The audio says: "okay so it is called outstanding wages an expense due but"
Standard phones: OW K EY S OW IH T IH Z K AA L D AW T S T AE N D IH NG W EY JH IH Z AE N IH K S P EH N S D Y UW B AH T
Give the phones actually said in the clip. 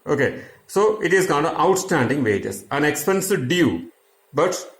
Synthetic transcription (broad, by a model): OW K EY S OW IH T IH Z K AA N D AW T S T AE N D IH NG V EY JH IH S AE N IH K S P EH N S D Y UW B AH T